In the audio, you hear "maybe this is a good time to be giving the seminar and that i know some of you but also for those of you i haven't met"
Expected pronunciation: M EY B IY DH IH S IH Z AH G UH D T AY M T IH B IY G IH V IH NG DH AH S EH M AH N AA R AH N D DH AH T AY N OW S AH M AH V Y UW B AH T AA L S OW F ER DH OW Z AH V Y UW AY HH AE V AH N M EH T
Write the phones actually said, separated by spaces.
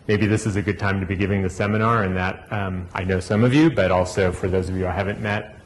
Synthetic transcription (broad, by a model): M EY B IY DH IH S IH Z AH G UH D T AY M T IH B IY G IH V IH NG DH AH S EH M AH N AA R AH N DH AH T AY N OW S AH M AH V Y UW B AH T AA L S OW F ER DH OW Z AH V Y UW AY HH AE V AH N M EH T